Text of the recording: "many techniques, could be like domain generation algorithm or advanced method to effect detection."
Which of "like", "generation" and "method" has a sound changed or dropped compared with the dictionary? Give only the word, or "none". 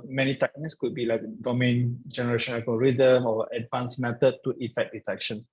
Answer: method